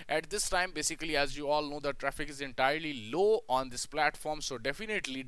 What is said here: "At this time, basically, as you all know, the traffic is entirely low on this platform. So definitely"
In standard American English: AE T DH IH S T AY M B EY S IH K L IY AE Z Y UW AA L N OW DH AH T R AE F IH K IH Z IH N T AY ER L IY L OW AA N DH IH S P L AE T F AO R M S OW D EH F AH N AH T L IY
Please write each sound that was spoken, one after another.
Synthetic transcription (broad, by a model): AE T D IH S T AY M B EY S IH K L IY AE Z Y UW AA L N OW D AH T R AE F IH K IH Z IH N T AY ER L IY L OW AA N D IH S P L AE T F AO R M S OW D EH F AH N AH T L IY